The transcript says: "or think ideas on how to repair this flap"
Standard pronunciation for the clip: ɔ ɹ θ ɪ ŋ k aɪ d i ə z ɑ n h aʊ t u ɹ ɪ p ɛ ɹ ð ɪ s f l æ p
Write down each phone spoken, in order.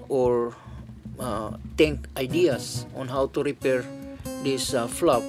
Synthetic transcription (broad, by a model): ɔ ɹ t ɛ ŋ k aɪ d i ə s ɑ n h aʊ t u ɹ ɪ p ɛ ɹ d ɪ s f l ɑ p